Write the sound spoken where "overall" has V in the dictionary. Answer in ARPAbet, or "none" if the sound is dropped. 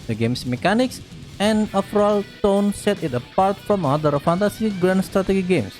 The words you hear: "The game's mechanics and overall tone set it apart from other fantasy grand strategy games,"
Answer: F